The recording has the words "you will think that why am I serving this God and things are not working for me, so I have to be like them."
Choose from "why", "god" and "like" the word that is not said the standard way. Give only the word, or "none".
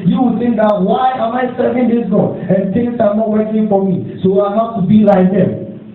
god